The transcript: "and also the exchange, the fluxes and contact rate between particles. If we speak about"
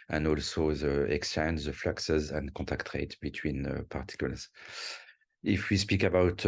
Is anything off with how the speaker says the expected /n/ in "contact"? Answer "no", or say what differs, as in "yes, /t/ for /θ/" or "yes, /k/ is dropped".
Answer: yes, /n/ is dropped